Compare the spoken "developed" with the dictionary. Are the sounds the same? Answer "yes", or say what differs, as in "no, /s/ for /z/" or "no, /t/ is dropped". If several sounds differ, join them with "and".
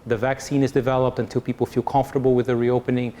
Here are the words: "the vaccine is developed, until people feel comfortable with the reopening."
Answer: yes